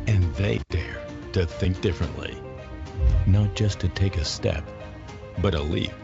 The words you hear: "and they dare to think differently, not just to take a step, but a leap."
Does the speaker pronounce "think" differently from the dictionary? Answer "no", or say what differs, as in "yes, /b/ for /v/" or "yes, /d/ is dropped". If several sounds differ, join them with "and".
no